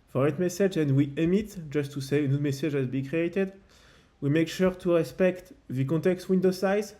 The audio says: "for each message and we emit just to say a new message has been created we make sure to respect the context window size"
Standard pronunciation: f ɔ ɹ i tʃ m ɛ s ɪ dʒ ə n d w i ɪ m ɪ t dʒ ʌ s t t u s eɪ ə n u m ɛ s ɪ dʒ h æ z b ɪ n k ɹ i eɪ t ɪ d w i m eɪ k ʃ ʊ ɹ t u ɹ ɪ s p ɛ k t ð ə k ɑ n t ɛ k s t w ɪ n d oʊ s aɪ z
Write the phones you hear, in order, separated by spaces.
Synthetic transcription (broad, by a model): f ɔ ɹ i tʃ m ɛ s ɪ dʒ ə n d w i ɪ m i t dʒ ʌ s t t u s eɪ ə n u m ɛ s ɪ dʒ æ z b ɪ k ɹ i eɪ t ɪ d w i m eɪ k ʃ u ɹ t u ɹ ɪ s p ɛ k t ð ə k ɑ t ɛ k s t w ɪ n d oʊ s aɪ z